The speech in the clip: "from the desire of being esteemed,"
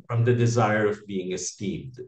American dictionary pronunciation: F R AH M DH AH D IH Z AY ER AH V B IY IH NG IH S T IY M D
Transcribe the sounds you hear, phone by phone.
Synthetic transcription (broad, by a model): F R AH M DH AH D IH Z AY ER AH V B IY IH NG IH S T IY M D